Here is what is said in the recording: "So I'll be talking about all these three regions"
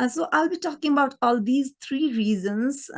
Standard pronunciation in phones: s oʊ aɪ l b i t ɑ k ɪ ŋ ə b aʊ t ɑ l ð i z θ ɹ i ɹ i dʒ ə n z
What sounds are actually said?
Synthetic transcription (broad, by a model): s oʊ aɪ l b i t ɑ k ɪ ŋ ə b aʊ t ɑ l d i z t ɹ i ɹ i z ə n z